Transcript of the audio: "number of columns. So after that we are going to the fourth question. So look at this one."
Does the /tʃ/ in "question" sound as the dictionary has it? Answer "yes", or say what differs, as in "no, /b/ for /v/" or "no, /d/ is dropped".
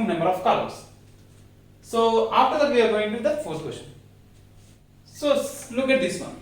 no, /ʃ/ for /tʃ/